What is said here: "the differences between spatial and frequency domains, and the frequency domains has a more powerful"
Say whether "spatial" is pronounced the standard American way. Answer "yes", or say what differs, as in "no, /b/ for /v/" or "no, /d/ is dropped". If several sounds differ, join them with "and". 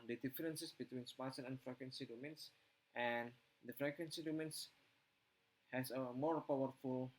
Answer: no, /s/ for /ʃ/ and /n/ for /l/